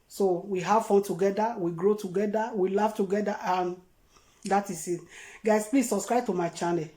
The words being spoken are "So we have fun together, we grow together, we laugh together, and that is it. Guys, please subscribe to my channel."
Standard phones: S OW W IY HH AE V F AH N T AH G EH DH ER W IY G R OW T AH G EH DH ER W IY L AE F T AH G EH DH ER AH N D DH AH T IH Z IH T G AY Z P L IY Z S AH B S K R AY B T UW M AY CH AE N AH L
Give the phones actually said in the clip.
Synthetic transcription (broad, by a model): S OW W IY HH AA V F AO N T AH G EH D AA W IY G R OW T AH G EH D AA W IY L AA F T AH G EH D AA AH N D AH T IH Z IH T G AY S P L IY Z S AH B S K R AY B T UW M AY CH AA N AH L